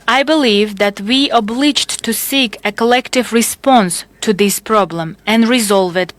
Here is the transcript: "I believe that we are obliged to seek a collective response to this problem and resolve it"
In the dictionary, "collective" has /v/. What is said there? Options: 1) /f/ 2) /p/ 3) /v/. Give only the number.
3